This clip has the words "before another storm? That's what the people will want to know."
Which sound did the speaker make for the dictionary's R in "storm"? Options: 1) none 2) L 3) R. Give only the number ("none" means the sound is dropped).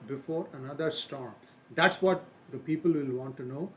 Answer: 3